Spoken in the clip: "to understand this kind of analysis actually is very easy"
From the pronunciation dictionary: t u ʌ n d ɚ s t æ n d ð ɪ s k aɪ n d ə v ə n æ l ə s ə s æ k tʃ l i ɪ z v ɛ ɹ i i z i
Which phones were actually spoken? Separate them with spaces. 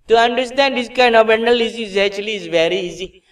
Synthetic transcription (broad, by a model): t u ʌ n d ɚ s t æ n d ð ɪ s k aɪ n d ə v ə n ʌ l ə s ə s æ tʃ l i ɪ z v ɛ ɹ i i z i